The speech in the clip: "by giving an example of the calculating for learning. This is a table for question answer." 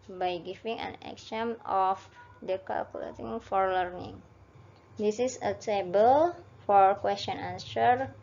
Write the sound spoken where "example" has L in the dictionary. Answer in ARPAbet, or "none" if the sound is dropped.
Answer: N